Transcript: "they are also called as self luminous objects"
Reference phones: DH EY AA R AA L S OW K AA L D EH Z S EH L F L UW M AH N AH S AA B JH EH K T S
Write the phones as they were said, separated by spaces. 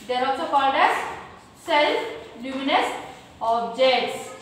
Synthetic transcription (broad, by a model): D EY R AA L S OW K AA D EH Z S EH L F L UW M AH N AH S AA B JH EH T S